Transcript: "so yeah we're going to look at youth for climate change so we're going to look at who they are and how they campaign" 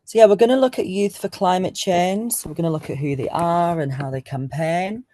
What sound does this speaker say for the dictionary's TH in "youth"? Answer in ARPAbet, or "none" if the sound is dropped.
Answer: TH